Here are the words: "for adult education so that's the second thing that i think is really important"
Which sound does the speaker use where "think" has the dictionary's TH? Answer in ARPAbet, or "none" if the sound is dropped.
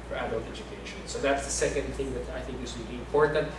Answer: TH